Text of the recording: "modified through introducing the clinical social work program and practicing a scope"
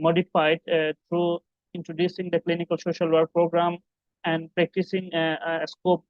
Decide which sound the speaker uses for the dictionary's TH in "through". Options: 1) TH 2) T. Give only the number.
2